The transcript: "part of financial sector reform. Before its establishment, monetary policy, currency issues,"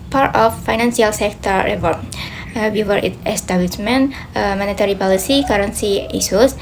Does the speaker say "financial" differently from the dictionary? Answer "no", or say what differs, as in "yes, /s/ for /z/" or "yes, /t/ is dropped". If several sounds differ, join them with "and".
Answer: yes, /s/ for /ʃ/